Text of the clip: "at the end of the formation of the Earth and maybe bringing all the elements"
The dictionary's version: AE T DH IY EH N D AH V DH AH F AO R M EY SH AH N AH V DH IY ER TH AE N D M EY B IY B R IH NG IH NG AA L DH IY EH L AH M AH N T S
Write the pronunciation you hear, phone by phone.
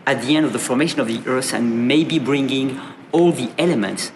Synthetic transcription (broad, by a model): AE T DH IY EH N D AH V DH AH F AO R M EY SH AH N AH V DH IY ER S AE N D M EY B IY B R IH NG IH NG AA L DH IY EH L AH M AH N T S